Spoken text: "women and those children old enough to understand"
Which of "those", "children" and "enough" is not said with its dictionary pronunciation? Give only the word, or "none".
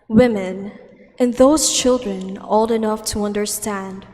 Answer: none